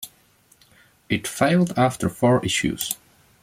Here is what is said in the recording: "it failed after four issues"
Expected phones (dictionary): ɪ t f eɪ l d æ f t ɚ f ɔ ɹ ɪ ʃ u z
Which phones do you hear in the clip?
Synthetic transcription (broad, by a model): ɪ t f eɪ l d æ f t ɚ f ɔ ɹ ɪ ʃ u z